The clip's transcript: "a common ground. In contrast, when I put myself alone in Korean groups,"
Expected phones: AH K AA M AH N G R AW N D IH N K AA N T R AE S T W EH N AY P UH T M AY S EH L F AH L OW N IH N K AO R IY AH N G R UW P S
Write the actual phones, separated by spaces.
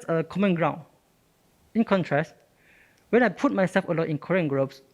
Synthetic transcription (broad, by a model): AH K AA M AH N G R AW N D IH N K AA N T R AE S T W EH N AY P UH T M AY S EH L F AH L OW IH N K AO R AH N G R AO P S